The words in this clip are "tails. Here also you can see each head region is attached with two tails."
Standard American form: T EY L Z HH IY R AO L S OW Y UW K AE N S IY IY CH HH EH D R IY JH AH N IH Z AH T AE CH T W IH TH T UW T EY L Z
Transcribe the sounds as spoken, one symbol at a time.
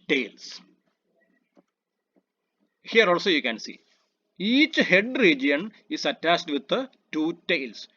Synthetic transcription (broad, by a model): T EY L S HH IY R AO L S OW Y UW K AE N S IY IY CH HH EH D R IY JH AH N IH S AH T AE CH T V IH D T UW T EY L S